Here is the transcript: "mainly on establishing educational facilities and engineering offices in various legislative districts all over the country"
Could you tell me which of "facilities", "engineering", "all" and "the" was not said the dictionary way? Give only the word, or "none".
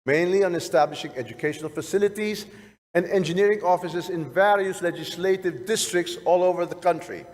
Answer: none